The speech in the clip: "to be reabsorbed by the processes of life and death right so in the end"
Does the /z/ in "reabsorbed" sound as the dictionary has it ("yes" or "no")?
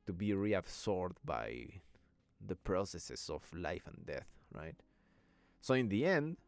no